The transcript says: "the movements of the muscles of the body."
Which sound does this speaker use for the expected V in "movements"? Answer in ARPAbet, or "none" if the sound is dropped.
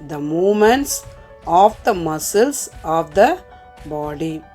none